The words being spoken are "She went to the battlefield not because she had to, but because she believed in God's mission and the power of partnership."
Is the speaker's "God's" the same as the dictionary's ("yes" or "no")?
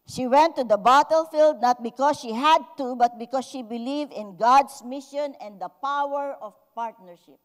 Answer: no